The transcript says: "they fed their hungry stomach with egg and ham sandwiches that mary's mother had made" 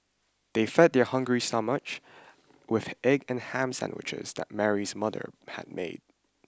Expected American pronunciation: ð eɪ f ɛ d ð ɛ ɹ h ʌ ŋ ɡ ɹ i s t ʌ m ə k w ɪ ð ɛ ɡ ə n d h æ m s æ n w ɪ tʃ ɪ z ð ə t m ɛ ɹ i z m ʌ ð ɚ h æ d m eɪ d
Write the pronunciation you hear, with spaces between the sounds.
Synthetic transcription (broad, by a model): ð eɪ f ɛ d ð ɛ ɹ h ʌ ŋ ɡ ɹ i s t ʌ m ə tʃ w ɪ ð ɛ ɡ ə n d h æ m s æ n w ɪ tʃ ɪ z ð ə t m ɛ ɹ i z m ʌ ð ɚ h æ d m eɪ d